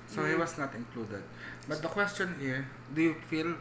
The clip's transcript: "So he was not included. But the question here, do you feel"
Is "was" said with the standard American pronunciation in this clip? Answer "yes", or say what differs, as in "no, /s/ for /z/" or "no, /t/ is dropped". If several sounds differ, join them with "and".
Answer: no, /s/ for /z/